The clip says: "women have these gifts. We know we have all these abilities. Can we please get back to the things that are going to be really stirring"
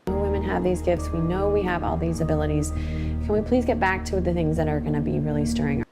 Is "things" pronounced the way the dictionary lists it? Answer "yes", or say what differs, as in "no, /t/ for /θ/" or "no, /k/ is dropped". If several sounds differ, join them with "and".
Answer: yes